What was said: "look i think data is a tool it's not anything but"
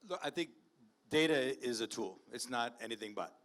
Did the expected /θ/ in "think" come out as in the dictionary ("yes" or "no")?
yes